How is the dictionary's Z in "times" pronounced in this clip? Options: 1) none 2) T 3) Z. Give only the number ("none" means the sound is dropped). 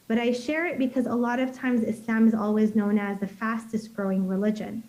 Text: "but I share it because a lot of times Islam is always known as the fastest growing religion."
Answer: 3